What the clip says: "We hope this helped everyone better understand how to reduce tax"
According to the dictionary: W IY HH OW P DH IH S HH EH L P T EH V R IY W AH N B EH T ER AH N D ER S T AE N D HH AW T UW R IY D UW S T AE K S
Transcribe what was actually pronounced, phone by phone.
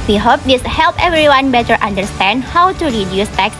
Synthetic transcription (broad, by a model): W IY HH OW P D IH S HH EH L P EH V R IY W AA N B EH T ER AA N D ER S T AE N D HH AW T UW R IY D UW S T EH K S